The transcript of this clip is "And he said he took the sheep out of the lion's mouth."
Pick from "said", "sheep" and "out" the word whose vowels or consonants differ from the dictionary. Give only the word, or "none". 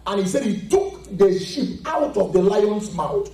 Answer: none